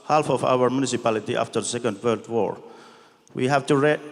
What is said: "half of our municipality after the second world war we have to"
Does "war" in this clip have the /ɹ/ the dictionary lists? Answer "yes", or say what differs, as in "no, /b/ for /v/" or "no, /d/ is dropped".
yes